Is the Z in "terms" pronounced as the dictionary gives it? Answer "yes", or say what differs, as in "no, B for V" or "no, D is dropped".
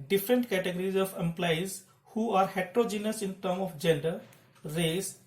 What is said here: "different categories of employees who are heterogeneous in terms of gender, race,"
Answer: no, Z is dropped